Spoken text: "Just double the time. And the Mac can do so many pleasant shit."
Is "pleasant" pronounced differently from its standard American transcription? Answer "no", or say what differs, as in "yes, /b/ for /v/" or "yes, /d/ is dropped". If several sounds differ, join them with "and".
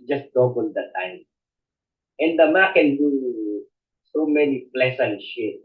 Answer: yes, /s/ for /z/